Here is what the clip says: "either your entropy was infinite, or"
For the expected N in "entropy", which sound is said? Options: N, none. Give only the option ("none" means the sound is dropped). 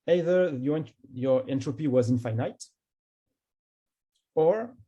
N